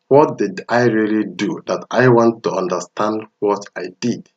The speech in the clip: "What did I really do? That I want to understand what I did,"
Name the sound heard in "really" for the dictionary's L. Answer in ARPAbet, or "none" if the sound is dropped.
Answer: L